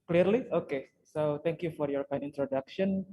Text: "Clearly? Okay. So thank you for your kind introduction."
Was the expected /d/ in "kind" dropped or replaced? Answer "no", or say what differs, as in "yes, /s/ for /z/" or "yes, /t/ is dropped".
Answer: yes, /d/ is dropped